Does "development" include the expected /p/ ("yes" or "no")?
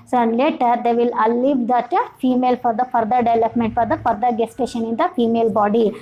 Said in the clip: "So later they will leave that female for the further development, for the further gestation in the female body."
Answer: yes